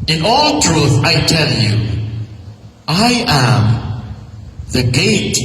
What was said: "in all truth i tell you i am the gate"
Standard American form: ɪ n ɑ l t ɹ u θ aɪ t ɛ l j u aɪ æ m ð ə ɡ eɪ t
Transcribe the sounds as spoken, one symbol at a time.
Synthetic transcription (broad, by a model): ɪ n ɑ l t ɹ u θ aɪ t ɛ l j u aɪ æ m ð ə ɡ eɪ t